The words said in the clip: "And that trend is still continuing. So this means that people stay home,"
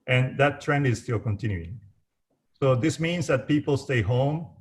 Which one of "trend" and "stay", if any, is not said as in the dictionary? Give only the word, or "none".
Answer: none